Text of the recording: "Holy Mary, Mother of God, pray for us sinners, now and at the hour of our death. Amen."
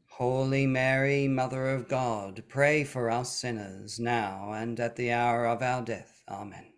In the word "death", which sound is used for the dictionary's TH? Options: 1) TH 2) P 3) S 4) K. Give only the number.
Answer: 1